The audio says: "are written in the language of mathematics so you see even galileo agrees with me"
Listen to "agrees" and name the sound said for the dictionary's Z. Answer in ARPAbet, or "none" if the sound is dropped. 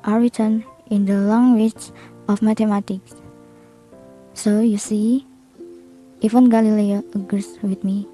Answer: S